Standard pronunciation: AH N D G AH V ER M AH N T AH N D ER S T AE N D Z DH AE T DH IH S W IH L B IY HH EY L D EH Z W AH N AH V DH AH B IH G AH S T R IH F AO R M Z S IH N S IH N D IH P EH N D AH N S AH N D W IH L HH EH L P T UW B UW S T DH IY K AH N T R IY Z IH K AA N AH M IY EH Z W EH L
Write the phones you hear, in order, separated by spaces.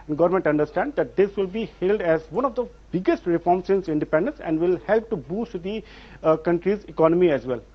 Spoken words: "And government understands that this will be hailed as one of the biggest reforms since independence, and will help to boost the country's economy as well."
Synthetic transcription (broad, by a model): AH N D G AH V ER M AH N T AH N D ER S T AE N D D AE T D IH S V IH L B IY HH EY L D EH Z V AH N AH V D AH B IH G AH S T R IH F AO R M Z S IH N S IH N D IH P EH N D AH N S AH N D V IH L HH EH L P T UW B UW S T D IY K AH N T R IY Z IH K AA N AH M IY EH Z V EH L